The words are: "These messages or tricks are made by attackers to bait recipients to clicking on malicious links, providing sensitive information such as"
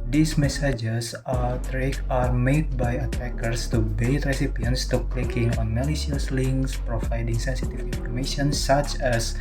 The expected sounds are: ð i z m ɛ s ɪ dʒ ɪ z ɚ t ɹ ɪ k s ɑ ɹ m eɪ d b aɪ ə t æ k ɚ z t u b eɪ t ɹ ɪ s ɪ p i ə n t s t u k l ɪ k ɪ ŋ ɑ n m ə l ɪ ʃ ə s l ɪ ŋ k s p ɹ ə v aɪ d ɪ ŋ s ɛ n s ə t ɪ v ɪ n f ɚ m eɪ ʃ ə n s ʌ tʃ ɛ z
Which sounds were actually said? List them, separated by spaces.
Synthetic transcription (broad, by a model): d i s m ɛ s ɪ dʒ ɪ s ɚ t ɹ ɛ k ɑ ɹ m eɪ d b aɪ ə t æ k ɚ s t u b eɪ t ɹ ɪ s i p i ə n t s t u k l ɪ k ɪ ŋ ɑ n m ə l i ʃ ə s l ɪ ŋ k s p ɹ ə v aɪ d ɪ ŋ s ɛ n s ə t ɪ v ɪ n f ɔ m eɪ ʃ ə n s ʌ tʃ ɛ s